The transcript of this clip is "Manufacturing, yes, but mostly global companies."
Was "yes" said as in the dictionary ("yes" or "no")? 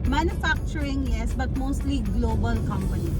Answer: yes